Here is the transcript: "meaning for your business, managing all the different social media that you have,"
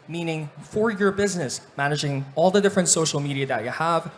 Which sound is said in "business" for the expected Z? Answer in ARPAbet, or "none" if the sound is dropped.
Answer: Z